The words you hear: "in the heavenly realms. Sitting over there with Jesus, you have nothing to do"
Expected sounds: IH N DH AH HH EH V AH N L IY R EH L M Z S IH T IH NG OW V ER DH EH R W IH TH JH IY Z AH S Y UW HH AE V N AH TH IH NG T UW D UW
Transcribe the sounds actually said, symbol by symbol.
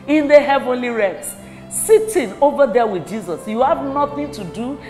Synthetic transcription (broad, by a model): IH N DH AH HH EH V AH N L IY R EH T S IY T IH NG OW V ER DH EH W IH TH JH IY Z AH S Y UW HH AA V N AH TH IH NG T UW D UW